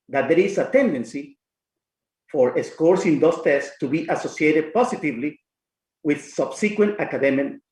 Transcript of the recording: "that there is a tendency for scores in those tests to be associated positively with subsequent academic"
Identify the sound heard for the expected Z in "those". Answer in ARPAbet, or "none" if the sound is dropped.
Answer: S